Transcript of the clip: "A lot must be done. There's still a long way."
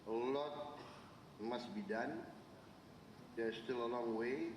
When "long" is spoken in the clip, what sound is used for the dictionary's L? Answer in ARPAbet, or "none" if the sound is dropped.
L